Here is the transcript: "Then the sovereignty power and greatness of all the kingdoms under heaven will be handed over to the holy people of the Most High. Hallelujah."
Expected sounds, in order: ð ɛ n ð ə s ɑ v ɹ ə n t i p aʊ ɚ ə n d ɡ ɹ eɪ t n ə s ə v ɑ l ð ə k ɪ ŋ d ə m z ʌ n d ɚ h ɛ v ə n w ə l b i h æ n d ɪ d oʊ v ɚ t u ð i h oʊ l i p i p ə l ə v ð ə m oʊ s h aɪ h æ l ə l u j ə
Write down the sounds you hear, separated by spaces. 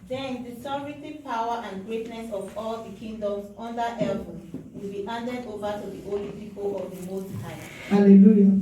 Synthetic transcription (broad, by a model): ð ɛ n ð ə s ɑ ɹ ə t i p aʊ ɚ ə n ɡ ɹ eɪ t n ə s ə v ɑ l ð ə k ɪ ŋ d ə m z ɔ n d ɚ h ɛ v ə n w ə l b i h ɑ n d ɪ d oʊ v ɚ t u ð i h oʊ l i p i p ə l ə v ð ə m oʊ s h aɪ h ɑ l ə l u j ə